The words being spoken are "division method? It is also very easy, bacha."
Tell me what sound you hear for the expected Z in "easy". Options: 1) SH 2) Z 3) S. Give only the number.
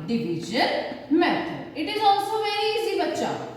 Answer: 3